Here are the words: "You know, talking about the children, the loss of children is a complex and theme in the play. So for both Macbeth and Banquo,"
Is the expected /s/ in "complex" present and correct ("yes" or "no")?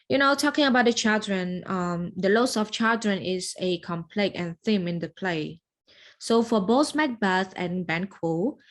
no